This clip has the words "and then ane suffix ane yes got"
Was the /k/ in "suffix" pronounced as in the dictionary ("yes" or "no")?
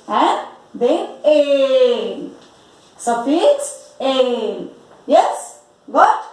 no